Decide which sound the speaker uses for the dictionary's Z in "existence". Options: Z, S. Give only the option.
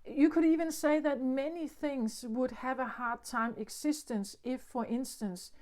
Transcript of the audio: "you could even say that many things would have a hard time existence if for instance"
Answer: S